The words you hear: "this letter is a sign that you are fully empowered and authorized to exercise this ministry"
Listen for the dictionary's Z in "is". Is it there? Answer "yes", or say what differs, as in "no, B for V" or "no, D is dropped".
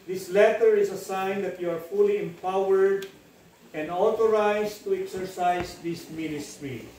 no, S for Z